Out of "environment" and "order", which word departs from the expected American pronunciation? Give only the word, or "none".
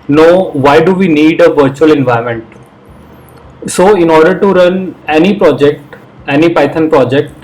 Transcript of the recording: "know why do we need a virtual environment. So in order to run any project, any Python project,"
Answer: environment